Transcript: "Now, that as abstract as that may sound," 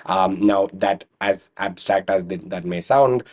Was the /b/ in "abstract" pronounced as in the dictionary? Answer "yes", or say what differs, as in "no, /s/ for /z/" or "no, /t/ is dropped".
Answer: yes